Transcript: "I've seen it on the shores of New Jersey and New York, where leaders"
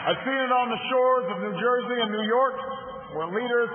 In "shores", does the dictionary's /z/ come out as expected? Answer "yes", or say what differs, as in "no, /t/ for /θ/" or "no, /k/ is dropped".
yes